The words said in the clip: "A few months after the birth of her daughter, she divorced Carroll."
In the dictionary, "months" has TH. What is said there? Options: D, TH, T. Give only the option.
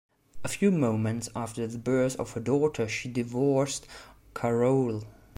T